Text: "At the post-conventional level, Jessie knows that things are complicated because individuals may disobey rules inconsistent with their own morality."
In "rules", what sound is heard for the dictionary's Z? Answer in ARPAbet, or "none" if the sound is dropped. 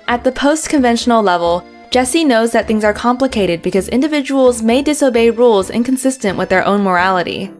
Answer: Z